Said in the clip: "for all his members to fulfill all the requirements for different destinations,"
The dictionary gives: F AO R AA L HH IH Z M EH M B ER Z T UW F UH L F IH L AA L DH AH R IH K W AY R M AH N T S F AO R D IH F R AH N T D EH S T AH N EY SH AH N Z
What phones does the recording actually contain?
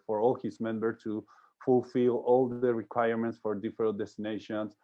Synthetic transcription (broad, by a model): F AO R AA L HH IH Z M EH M B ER T UW F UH L F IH L AA L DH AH R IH K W AY R M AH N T S F AO R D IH F R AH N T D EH S T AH N EY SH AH N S